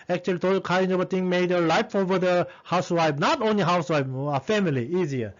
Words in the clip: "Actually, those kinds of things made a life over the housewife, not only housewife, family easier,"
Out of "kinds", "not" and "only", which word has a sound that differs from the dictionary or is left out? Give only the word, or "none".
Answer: kinds